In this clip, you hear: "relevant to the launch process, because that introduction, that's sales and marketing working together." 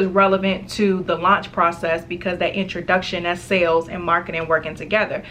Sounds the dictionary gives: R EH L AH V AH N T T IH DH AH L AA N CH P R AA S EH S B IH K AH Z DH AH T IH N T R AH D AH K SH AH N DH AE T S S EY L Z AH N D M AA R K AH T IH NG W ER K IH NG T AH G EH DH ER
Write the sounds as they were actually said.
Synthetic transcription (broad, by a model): R EH L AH V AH N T T IH DH AH L AA N CH P R AA S EH S B IH K AH Z DH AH T IH N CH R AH D AH K SH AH N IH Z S S EY L Z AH N M AA R K AH T IH NG W ER K IH NG T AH G EH DH ER